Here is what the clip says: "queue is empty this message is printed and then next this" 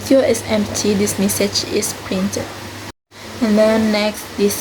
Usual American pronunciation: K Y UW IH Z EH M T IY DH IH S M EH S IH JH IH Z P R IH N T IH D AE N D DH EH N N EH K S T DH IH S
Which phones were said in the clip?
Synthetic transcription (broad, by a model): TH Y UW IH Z EH M T IY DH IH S M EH S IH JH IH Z P R IH N T IH D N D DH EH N N EH K S T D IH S